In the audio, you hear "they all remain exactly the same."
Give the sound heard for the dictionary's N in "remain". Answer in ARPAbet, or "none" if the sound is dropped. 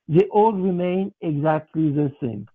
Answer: N